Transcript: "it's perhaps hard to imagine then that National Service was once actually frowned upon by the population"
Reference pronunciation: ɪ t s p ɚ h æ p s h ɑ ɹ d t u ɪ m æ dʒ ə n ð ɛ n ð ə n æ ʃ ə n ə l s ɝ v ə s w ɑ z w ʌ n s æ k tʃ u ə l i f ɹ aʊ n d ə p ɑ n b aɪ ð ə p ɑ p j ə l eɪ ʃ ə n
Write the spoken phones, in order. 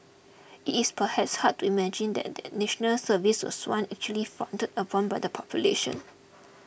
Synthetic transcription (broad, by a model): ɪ t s p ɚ h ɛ p s h ɑ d t u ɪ m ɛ dʒ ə n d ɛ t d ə n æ ʃ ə n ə l s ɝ v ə s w ɑ s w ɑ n æ k tʃ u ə l i f aʊ n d ə p ɑ n b aɪ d ə p ɑ p j ə l eɪ ʃ ə n